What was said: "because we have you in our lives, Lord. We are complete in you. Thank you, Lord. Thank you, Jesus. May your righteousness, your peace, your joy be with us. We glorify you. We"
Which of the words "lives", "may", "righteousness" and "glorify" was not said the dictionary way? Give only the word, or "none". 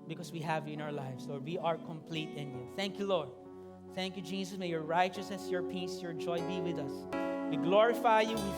lives